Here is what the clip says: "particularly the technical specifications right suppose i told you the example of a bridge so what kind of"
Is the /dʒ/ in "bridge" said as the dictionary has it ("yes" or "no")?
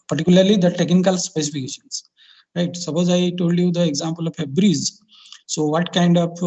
no